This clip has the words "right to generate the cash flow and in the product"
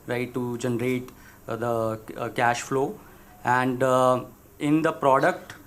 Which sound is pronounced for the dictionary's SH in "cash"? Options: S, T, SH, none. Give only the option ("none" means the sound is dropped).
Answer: SH